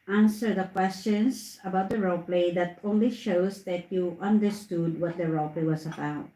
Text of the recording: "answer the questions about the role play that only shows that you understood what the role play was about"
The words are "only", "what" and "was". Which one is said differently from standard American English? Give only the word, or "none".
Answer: was